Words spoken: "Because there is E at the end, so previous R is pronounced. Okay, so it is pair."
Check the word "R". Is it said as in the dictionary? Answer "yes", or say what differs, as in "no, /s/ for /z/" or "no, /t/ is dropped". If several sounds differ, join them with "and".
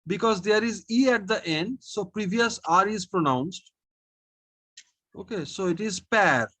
yes